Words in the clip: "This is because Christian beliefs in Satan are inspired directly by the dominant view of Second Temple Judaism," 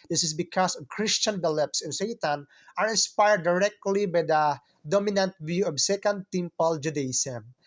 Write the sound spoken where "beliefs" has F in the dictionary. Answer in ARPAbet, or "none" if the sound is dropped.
P